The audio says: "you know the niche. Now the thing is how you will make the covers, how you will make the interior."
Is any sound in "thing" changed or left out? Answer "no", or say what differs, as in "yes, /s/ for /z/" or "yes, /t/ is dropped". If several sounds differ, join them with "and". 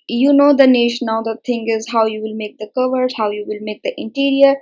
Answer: yes, /t/ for /θ/